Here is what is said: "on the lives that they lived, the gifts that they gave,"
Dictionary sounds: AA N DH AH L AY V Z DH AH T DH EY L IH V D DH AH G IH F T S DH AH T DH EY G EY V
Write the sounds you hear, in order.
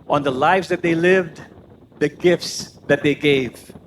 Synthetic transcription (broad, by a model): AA N DH AH L AY V Z DH AH T DH EY L IH V D DH AH G IH F T S DH AH T DH EY G EY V